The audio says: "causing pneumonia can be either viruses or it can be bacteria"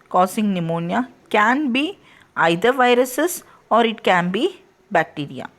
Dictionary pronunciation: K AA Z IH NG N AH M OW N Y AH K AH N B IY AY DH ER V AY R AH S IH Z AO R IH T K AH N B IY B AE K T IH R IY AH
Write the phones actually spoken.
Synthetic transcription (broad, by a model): K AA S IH NG N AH M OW N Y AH K AH N B IY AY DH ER V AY R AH S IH S AO R IH T K AH N B IY B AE K T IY R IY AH